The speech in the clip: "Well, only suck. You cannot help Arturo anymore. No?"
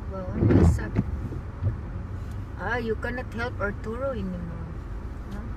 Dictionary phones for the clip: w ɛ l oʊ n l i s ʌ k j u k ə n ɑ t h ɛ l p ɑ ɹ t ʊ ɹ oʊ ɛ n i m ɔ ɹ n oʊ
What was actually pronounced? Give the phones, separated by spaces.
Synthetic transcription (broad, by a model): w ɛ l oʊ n i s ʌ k j u k ə n ɑ t h ɛ l p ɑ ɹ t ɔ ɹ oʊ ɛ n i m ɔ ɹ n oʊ